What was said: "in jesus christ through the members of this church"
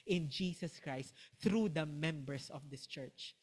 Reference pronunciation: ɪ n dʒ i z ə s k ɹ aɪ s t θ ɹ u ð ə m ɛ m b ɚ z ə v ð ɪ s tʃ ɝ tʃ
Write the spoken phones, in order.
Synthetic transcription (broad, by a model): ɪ n dʒ i s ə s k ɹ aɪ s t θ ɹ u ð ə m ɛ m b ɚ s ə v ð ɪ s tʃ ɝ tʃ